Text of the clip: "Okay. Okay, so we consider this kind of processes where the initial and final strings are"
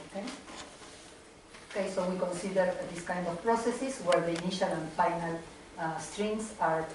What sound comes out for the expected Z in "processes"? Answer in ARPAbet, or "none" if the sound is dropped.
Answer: S